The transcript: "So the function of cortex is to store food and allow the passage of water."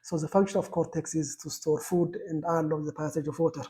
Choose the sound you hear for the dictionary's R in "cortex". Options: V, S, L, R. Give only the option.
R